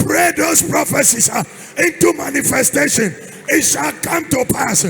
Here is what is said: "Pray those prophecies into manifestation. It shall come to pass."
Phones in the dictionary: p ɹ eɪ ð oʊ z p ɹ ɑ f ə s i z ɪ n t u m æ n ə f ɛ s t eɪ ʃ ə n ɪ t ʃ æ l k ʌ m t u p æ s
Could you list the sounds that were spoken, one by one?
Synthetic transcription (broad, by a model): ɹ eɪ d oʊ s p ɹ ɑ f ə s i s ɪ n t u m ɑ n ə f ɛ s t eɪ ʃ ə n ɪ t ʃ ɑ l k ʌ m t u p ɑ s